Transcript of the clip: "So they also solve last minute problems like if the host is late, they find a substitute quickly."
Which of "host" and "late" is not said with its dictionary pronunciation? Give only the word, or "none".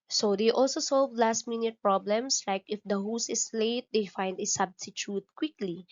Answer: host